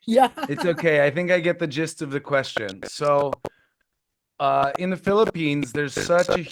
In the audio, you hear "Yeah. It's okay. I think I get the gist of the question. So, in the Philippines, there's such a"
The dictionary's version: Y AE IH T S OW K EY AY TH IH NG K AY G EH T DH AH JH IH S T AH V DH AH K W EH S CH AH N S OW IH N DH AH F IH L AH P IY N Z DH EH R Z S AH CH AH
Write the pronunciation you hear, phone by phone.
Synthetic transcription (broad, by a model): Y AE IH T S OW K EY AY TH IH NG K AY G EH T DH AH JH IH S T AH V DH AH K W EH S CH AH N S OW IH N DH AH F IH L AH P IY N Z DH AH R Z S AH CH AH